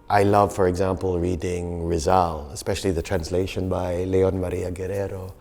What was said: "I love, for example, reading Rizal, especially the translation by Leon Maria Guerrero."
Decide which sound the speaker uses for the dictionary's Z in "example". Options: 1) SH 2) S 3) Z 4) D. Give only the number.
3